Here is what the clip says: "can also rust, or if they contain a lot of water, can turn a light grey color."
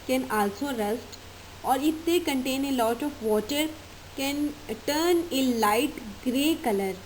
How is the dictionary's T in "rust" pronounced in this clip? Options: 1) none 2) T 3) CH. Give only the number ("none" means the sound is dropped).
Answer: 2